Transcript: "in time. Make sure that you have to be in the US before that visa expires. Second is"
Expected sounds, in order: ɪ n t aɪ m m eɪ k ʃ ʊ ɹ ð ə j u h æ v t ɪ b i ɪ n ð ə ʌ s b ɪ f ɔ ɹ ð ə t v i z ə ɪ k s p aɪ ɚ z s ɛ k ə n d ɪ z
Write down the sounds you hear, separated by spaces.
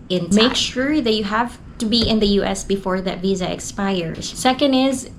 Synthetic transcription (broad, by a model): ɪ n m m eɪ k ʃ ʊ ɹ ð ə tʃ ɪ h æ v t ɪ b i ɪ n ð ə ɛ s b ɪ f ɔ ɹ ð ə t v i z ə ɪ k s p aɪ ɚ z s ɛ k ə n d ɪ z